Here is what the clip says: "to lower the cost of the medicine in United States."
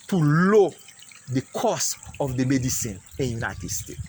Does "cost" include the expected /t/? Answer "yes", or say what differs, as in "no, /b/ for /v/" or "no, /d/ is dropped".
no, /t/ is dropped